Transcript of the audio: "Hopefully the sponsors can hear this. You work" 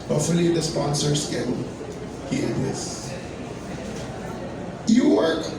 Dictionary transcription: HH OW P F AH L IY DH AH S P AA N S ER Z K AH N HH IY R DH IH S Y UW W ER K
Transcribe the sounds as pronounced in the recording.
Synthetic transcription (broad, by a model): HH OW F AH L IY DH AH S P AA N S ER S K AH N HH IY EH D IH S Y UW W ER